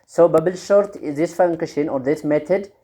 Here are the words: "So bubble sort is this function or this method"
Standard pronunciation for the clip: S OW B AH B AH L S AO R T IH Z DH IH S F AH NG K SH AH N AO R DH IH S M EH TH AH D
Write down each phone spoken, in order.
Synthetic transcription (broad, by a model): S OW B AH B AH L SH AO R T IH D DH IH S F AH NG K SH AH N AO R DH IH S M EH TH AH D